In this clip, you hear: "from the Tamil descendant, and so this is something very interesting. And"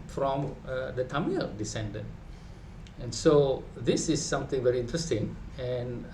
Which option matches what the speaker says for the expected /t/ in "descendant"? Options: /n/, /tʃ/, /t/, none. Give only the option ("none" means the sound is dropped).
none